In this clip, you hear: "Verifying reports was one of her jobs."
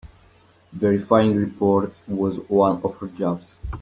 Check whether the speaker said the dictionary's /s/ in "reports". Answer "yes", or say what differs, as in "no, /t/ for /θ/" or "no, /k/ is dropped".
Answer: no, /s/ is dropped